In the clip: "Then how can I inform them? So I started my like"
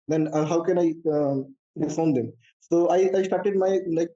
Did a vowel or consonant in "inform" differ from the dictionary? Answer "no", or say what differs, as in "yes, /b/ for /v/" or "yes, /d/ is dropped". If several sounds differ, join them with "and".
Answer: yes, /n/ is dropped